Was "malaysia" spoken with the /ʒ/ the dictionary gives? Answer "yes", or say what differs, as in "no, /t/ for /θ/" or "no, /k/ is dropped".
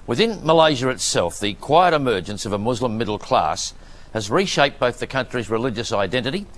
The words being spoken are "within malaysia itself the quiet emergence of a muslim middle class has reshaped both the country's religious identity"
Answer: yes